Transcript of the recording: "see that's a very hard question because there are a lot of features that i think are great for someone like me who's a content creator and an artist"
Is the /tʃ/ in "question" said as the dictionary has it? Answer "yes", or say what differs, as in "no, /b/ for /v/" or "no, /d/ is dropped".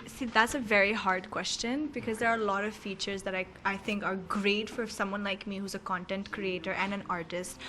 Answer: yes